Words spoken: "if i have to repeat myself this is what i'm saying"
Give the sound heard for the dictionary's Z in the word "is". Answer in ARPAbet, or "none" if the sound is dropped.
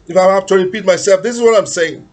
Z